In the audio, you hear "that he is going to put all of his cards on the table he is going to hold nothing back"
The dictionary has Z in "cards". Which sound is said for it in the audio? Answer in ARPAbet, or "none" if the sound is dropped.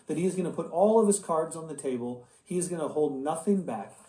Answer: Z